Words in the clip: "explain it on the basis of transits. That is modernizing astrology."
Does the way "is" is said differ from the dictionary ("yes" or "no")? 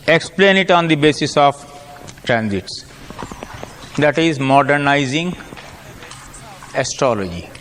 no